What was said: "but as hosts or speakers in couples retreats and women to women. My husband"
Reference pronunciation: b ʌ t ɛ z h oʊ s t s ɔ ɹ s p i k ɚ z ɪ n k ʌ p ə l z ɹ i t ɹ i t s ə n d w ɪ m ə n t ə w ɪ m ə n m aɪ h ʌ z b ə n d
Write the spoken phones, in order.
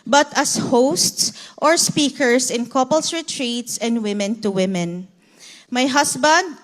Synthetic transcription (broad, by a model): b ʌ t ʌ s h oʊ s t s ɔ ɹ s p i k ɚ s ɪ n k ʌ p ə l s ɹ i t ɹ i t s ə n d w ɪ m ə n t ə w ɪ m ə n m aɪ h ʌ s b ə n d